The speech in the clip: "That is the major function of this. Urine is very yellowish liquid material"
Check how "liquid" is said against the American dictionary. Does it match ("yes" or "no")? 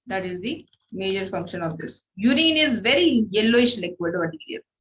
no